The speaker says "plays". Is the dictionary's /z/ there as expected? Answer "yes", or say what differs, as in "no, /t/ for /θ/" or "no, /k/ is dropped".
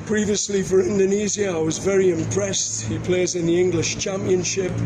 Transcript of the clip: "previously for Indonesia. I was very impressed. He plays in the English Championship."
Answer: yes